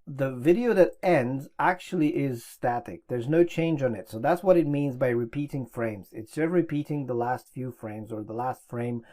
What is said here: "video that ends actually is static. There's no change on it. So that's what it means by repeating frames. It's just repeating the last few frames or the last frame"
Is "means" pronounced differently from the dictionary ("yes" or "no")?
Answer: no